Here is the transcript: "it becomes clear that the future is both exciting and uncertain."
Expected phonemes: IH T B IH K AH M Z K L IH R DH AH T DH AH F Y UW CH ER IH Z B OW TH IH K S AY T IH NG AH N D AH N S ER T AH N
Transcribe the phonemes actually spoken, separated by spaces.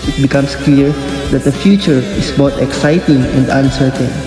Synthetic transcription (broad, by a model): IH T B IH K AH M S K L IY R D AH T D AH F Y UW CH ER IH S B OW T IH K S AY T IH NG AH N D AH N S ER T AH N